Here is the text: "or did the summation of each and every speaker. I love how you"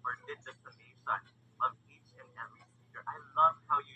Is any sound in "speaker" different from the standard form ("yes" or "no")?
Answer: yes